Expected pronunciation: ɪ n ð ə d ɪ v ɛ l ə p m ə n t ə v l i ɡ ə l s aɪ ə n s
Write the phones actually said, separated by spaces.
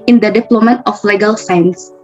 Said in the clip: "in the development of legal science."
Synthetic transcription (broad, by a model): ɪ n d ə d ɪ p l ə m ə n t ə f l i ɡ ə l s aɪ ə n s